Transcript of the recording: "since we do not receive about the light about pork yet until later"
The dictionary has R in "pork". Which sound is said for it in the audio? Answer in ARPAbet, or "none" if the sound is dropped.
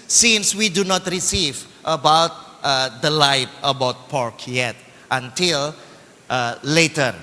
R